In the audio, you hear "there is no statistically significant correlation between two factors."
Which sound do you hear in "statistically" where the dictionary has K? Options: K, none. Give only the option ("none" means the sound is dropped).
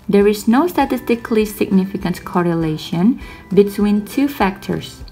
K